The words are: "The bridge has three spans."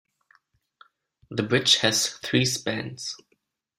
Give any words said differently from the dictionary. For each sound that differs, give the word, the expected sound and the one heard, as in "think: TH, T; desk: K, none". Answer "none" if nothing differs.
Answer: none